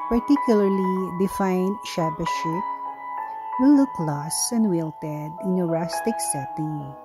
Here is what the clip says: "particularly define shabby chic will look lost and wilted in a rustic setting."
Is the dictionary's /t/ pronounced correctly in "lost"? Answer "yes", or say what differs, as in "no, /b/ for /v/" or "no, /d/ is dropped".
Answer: no, /t/ is dropped